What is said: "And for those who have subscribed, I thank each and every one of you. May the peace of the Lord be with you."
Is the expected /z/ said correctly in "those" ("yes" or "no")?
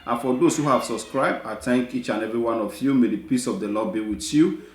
no